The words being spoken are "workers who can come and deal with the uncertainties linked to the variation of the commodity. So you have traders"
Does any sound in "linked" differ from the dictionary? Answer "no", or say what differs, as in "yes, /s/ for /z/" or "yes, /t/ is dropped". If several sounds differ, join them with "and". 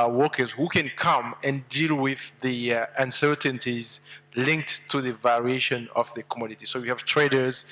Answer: no